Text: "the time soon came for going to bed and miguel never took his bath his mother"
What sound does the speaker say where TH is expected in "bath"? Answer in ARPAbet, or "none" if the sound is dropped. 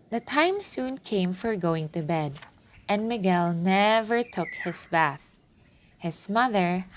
TH